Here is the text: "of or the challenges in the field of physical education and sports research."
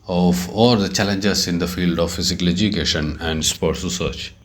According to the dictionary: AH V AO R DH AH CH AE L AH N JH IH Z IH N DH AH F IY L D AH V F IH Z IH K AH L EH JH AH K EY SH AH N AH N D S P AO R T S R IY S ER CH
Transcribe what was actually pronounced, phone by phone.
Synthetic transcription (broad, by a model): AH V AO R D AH CH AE L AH N JH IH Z IH N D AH F IY L D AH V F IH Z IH K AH L EH JH AH K EY SH AH N AH N D S P AO R T S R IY S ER CH